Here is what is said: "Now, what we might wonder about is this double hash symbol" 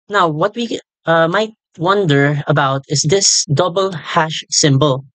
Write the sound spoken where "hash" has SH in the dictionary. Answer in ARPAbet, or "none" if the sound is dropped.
SH